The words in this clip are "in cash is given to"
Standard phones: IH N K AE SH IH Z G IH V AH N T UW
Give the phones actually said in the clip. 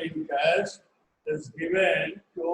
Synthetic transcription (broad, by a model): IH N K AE S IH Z G IH V AH N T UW